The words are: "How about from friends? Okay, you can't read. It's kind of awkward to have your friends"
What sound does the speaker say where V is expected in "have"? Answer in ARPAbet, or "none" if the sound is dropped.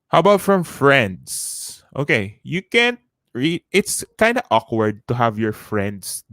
V